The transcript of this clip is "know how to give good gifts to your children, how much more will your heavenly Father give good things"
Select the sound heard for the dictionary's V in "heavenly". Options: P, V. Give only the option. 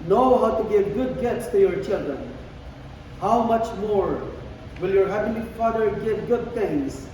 P